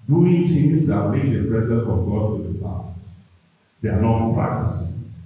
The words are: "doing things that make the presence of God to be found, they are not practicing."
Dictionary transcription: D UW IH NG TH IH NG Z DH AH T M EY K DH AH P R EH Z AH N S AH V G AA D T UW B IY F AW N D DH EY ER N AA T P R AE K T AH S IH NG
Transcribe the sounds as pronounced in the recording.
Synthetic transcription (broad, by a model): D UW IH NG T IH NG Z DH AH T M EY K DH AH B R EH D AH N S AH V G AA D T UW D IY P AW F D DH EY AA N AA T P R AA K T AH S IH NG